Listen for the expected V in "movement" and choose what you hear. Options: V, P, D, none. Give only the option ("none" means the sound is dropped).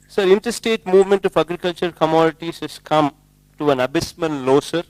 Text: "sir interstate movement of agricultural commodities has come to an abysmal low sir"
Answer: V